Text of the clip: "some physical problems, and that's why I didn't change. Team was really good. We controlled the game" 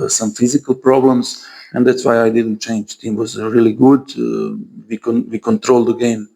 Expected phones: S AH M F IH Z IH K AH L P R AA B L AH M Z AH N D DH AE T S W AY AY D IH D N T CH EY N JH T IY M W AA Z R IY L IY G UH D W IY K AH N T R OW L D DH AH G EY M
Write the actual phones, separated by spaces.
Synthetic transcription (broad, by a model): S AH M F IH Z IH K AH L P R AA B L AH M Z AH N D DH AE T S W AY AY D IH D N T CH EY N JH T IY M W AA Z R IY L IY G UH D W IY K AH N T R OW L D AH G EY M